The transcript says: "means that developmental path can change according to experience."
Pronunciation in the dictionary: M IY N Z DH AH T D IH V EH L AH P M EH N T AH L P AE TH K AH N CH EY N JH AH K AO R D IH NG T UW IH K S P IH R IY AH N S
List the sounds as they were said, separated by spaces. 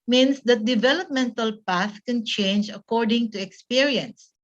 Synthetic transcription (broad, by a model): M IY N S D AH T D IH V EH L AH P M EH N T AH L P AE TH K AH N CH EY N JH AH K AO R D IH NG T UW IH K S P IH R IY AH N S